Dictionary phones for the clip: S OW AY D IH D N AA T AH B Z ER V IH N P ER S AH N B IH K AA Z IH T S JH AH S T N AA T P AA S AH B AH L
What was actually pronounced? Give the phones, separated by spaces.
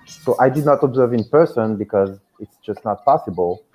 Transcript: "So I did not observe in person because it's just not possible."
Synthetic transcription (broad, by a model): S OW AY D IH D N AA T AH B Z ER V IH N P ER S AH N B IH K AA Z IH T S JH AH S T N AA T P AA S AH B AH L